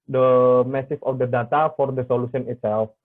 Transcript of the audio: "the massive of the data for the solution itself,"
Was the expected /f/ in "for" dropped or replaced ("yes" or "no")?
no